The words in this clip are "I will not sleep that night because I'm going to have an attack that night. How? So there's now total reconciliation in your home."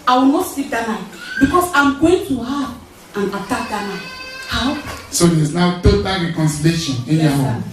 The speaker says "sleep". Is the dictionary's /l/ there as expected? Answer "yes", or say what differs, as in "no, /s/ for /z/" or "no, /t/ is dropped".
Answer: no, /l/ is dropped